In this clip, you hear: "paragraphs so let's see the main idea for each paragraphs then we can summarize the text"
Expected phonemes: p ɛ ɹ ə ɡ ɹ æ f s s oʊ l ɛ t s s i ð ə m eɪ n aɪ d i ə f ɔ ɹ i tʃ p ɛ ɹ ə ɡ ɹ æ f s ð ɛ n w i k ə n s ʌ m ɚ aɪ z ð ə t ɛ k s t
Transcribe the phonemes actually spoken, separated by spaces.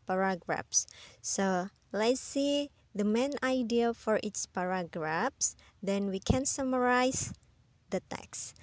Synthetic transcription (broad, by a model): p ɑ ɹ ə ɡ ɹ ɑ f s s oʊ l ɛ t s s i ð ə m eɪ n aɪ d i ə f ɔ ɹ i s p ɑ ɹ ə ɡ ɹ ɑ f s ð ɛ n w i k ə n s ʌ m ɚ aɪ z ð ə t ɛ k s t